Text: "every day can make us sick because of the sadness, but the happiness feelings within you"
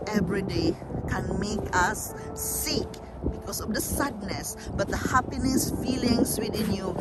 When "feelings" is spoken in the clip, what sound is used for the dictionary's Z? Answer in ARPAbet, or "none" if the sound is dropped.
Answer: S